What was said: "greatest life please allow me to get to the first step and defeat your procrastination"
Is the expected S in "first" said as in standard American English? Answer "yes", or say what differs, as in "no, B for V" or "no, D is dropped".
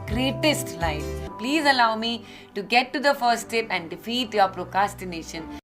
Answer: no, S is dropped